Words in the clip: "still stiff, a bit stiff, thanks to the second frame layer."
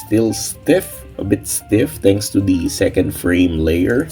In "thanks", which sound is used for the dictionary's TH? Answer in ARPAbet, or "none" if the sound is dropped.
T